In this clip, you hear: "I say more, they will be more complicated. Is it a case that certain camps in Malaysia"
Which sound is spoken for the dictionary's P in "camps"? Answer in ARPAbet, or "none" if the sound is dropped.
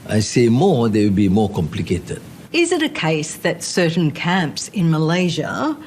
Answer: P